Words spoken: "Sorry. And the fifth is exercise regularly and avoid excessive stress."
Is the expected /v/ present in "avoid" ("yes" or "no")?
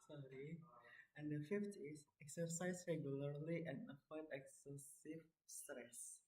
no